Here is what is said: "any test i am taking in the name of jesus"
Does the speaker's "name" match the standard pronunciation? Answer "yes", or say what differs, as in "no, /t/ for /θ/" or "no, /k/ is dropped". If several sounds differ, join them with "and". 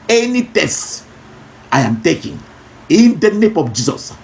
yes